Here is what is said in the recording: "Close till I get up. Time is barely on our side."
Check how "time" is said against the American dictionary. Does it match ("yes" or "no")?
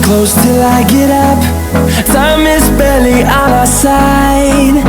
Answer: no